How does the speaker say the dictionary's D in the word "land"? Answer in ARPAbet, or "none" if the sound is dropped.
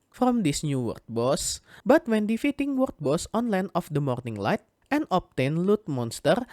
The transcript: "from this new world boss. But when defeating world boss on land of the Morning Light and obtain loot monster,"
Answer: none